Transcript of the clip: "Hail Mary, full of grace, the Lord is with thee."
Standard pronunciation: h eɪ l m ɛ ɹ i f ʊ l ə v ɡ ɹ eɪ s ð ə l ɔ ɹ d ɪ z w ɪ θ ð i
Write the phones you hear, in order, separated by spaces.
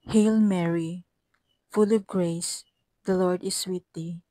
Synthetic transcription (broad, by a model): h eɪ l m ɛ ɹ i f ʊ l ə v ɡ ɹ eɪ s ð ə l ɔ ɹ d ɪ s w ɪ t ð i